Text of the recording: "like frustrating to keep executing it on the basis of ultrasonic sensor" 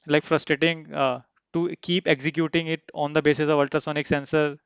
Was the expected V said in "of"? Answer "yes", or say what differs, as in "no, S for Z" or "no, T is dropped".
yes